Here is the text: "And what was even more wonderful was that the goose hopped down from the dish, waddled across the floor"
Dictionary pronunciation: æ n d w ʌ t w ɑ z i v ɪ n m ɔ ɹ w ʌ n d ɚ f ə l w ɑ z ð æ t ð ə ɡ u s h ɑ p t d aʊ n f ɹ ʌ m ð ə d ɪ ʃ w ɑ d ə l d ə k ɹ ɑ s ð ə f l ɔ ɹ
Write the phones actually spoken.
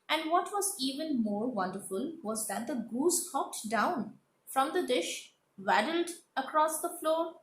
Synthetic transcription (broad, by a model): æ n d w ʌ t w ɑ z i v ɪ n m ɔ ɹ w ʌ n d ɚ f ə l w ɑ z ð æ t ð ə ɡ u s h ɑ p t d aʊ n f ɹ ʌ m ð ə d ɪ ʃ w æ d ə l d ə k ɹ ɑ s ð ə f l ɔ ɹ